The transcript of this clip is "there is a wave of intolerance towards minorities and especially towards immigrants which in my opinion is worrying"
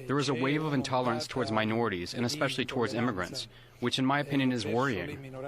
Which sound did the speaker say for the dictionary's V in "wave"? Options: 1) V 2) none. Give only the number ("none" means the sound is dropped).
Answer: 1